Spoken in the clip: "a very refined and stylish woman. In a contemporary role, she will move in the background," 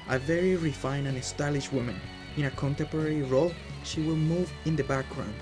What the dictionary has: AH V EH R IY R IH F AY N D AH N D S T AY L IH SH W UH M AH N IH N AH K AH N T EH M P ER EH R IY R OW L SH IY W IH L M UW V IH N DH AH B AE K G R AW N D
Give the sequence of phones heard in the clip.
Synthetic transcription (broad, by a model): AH V EH R IY R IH F AY N AH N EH S T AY L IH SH W UH M AH N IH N AH K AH N T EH M P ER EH R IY R OW L SH IY W IH L M UW V IH N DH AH B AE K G R AW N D